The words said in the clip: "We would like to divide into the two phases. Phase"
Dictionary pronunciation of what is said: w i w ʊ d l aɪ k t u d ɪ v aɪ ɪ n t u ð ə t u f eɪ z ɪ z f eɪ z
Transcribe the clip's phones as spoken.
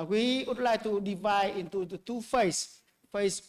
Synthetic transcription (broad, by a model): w i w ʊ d l aɪ k t u d ɪ v aɪ ɪ n t u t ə t u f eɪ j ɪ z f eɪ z